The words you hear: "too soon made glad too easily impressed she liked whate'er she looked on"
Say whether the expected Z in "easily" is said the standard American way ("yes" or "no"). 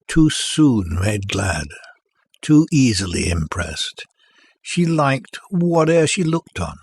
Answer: yes